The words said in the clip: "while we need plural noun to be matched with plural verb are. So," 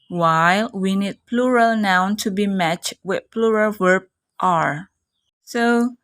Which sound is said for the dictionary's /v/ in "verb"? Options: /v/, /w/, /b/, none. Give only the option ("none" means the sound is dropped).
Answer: /w/